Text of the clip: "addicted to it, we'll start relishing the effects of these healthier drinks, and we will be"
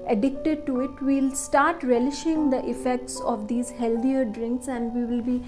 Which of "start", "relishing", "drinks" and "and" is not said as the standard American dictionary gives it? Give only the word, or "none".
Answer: none